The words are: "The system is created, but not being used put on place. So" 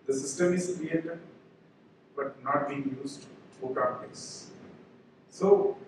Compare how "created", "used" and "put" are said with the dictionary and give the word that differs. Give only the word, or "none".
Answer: put